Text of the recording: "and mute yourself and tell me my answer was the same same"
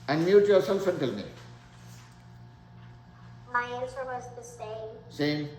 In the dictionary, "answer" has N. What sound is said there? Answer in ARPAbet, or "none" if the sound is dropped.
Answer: L